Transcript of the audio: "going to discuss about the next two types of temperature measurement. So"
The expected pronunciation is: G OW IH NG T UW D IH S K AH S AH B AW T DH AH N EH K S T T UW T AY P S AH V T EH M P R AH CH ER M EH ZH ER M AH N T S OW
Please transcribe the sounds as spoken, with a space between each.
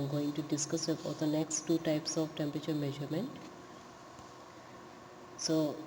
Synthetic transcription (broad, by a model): G OW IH NG T UW D IH S K AH S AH AO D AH N EH K S T T UW T AY P S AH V T EH M P R AH CH ER M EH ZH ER M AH N T S OW